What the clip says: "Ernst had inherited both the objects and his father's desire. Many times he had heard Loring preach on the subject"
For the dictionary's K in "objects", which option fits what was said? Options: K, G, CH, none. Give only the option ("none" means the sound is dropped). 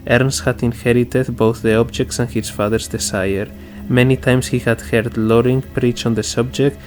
K